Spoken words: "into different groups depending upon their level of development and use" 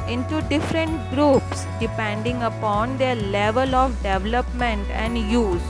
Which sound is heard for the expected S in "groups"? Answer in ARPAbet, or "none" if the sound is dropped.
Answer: S